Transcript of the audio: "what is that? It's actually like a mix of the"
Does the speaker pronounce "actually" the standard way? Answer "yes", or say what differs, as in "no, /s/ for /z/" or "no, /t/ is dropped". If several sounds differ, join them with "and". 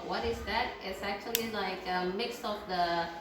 yes